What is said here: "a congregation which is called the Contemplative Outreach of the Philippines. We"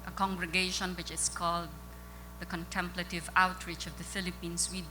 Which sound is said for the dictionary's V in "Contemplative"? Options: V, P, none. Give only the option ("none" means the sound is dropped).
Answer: V